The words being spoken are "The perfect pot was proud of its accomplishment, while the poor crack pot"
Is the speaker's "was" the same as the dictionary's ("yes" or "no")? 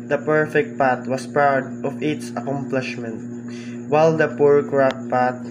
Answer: no